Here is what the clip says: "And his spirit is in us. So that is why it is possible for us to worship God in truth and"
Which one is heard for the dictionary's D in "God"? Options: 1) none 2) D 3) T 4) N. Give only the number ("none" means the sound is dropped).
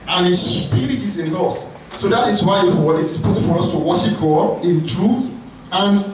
1